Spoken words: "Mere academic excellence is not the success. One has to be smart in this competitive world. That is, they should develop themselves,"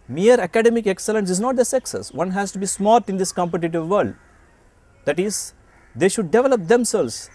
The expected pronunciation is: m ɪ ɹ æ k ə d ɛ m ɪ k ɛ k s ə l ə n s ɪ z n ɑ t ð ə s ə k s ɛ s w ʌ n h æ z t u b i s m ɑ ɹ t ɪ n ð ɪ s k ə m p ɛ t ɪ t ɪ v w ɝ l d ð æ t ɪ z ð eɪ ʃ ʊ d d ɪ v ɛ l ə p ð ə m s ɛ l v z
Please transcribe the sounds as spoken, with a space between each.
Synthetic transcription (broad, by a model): m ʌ ɹ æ k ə d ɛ m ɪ k ɛ k s ə l ə n s ɪ z n ɑ t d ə s ə k s ɛ s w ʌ n h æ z t u b i s m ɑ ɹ t ɪ n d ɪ s k ə m p ɛ t ɪ t ɪ v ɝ l d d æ t ɪ z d eɪ ʃ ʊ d d ɪ v ɛ l ə p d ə m s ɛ l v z